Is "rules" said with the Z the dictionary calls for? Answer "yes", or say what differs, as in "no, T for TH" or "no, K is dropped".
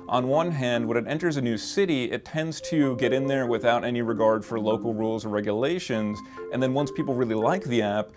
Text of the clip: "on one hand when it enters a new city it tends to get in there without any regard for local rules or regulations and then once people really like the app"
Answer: yes